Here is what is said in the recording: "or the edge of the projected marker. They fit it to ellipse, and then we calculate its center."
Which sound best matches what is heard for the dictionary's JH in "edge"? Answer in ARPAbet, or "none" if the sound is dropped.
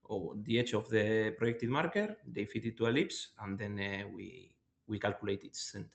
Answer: CH